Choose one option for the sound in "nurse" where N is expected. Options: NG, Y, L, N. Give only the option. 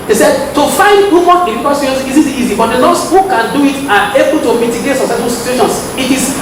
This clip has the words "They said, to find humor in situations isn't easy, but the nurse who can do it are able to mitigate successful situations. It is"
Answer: L